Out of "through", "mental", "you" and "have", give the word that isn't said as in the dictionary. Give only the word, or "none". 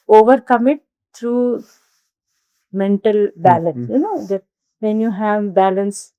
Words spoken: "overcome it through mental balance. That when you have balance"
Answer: through